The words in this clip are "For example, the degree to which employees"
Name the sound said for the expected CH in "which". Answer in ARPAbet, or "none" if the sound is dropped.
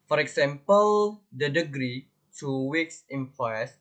S